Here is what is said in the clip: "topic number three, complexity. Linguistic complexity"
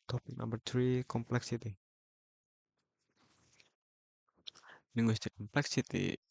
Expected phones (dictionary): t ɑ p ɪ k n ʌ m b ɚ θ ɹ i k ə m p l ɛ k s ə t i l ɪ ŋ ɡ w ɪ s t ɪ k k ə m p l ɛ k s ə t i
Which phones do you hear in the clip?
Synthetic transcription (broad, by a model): t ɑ p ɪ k l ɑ b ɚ t ɹ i k ə m p l ɛ k s ə t i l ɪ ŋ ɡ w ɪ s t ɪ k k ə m p l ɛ k s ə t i